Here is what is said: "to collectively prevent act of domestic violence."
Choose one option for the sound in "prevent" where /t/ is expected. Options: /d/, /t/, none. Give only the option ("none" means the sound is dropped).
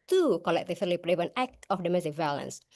none